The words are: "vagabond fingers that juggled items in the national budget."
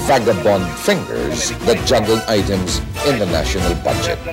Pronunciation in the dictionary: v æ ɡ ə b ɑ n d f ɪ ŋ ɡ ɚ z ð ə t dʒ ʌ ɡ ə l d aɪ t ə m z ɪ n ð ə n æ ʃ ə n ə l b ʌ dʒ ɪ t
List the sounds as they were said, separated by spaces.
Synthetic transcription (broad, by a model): v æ ɡ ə b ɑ n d f ɪ ŋ ɡ ɚ z ð ə t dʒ ʌ ɡ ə l aɪ t ə m z ɪ n ð ə n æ ʃ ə n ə l b ʌ dʒ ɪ t